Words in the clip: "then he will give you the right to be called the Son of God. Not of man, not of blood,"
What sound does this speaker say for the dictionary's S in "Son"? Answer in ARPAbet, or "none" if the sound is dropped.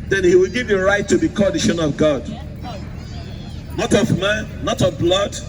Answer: SH